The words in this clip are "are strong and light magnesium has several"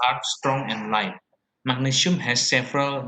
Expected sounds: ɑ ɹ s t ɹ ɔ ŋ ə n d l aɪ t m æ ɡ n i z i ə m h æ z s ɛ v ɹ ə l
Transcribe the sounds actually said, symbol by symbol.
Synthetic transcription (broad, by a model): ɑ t s t ɹ ɔ ŋ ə n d l aɪ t m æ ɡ n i s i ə m h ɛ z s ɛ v ɹ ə l